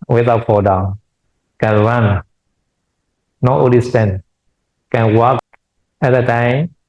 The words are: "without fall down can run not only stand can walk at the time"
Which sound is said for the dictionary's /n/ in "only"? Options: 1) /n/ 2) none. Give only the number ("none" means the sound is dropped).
2